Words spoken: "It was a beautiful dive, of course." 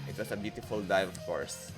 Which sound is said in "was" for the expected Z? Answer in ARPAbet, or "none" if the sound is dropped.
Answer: S